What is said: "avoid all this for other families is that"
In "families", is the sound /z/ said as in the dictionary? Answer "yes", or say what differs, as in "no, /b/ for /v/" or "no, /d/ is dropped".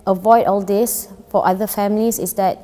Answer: no, /s/ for /z/